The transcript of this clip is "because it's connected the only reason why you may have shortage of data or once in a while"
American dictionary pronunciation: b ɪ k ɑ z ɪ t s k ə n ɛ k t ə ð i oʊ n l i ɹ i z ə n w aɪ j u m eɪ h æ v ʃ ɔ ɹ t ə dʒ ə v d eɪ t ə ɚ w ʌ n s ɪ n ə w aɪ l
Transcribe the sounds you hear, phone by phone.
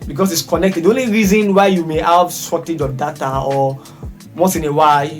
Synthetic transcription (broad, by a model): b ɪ k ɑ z ɪ t s k ə n ɛ k t ə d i oʊ n l i ɹ i z ə n w aɪ j u m eɪ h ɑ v s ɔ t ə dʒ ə d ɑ t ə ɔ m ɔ s ɪ n ə w aɪ